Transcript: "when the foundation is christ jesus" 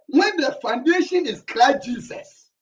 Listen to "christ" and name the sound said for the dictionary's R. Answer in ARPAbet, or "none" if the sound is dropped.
L